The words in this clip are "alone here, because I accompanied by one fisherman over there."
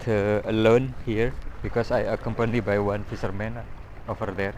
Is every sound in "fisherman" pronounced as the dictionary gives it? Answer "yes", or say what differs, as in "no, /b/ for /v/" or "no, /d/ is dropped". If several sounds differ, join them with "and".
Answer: no, /s/ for /ʃ/